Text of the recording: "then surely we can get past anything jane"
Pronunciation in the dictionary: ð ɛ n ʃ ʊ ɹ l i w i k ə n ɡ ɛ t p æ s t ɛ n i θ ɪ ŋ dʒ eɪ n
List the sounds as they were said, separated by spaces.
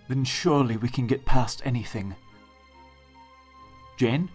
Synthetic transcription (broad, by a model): ð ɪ n ʃ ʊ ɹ l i w i k ə n ɡ ɛ t p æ s t ɛ n i θ ɪ ŋ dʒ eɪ n